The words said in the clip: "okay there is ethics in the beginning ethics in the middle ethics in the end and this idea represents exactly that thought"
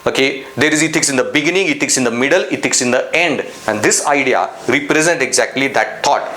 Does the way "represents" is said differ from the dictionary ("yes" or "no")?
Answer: yes